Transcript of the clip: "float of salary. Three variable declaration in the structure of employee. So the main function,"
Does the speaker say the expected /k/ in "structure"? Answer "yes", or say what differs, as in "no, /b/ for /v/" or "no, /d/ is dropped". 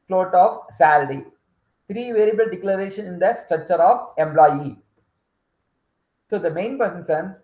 yes